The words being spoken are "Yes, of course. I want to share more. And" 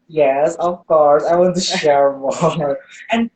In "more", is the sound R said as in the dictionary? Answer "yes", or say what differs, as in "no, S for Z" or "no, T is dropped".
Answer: no, L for R